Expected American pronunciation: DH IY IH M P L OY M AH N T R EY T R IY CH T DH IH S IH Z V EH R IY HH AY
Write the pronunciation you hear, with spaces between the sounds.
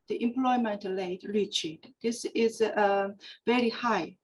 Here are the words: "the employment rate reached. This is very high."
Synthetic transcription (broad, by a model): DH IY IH M P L OY M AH N T L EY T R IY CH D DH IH S IH Z V EH R IY HH AY